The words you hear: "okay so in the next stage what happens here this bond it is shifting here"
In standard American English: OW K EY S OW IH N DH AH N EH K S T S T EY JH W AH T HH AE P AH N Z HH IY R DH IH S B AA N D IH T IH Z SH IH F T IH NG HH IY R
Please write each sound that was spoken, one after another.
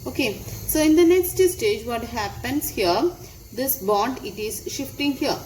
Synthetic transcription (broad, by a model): OW K EY S OW IH N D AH N EH K S T S T EY JH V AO T HH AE P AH N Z HH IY R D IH S B AA N D IH T IH Z SH IH F T IH NG HH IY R